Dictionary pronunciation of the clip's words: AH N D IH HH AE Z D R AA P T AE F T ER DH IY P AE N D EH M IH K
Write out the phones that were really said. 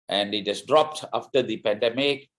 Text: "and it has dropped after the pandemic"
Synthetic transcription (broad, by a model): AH N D IH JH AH S D R AA P T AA F T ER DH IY P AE N D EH M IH K